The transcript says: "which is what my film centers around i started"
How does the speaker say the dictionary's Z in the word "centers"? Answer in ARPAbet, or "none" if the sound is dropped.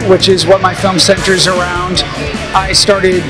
Z